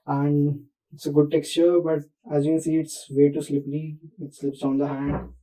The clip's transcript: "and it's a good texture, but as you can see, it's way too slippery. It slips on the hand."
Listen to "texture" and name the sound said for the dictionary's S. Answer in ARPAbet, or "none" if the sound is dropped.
S